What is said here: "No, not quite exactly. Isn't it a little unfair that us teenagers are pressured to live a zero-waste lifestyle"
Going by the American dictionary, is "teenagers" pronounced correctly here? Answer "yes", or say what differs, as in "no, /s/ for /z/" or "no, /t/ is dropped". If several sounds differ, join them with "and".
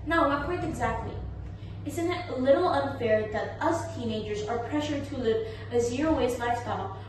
yes